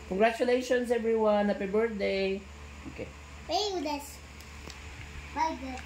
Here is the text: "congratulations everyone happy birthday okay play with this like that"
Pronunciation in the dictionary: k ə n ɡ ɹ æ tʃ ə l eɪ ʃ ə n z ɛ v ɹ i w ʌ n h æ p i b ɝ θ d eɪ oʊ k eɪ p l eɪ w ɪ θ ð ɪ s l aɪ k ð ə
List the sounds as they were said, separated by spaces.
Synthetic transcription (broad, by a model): k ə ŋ ɡ ɹ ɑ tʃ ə l eɪ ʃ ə n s ɛ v ɹ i w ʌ n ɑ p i b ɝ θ d eɪ oʊ k eɪ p eɪ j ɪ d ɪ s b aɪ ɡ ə